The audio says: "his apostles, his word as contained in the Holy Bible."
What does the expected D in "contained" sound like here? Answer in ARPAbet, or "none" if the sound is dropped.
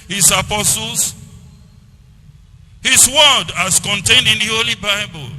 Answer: D